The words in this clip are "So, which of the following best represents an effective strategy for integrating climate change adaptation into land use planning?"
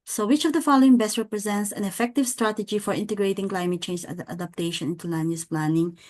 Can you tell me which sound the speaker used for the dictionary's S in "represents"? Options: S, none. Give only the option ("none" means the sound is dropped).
S